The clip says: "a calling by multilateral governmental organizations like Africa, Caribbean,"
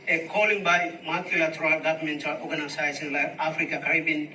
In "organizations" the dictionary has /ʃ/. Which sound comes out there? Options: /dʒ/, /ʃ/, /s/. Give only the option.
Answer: /s/